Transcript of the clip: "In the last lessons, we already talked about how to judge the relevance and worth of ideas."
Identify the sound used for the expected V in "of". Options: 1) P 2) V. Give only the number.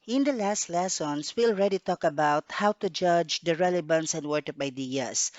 1